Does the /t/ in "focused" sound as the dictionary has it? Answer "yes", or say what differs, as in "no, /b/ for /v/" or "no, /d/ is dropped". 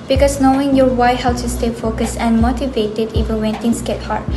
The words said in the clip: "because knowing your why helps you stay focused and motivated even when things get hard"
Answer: no, /t/ is dropped